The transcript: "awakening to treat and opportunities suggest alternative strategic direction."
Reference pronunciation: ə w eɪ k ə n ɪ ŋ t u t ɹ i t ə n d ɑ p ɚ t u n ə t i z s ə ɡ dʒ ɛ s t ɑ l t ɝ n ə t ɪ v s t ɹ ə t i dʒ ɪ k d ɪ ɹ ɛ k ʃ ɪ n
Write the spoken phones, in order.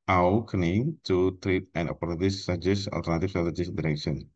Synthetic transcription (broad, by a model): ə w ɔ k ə n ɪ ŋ t u t ɹ i t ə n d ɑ p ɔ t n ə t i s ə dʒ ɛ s ɑ l t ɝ n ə t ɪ f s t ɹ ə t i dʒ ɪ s d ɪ ɹ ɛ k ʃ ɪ n